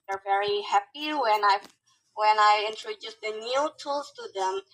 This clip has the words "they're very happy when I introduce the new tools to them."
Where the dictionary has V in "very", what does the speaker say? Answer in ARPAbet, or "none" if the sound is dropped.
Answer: V